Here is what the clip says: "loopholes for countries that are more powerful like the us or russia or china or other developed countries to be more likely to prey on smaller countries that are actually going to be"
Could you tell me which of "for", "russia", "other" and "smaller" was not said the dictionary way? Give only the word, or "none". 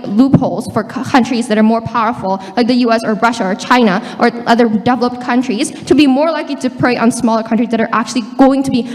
none